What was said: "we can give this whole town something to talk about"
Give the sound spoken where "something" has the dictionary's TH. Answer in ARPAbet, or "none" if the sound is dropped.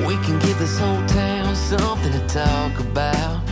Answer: TH